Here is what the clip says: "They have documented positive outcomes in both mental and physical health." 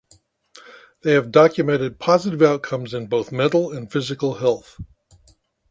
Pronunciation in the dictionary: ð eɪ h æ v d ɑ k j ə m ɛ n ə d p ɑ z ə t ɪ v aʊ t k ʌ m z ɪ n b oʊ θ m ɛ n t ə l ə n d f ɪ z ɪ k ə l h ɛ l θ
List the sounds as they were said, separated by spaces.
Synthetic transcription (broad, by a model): ð eɪ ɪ v d ɑ k j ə m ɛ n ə d p ɑ z ə t ɪ v aʊ t k ʌ m z ɪ n b oʊ θ m ɛ t l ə n f ɪ z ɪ k l h ɛ l θ